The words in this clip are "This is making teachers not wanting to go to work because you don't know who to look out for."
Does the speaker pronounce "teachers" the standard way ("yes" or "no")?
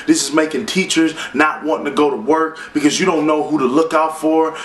yes